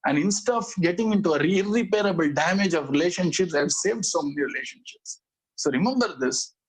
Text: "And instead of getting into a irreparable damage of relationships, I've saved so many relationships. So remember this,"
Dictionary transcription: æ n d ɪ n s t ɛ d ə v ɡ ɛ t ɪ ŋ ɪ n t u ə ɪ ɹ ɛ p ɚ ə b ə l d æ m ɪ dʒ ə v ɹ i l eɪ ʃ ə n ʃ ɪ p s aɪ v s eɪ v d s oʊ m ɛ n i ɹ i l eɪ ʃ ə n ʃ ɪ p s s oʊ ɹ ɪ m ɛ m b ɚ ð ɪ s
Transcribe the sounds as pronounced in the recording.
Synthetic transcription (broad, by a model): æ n d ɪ n s t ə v ɡ ɛ t ɪ ŋ ɪ n t u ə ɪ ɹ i p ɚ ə b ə l d æ m ɪ dʒ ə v ɹ i l eɪ ʃ ə n ʃ ɪ p s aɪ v s eɪ v d s oʊ m ɛ n i ɹ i l eɪ ʃ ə n ʃ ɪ p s s oʊ ɹ ɪ m ɛ m b ɚ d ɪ s